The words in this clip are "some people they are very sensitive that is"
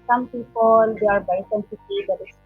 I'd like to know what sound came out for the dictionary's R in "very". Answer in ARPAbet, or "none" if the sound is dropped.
none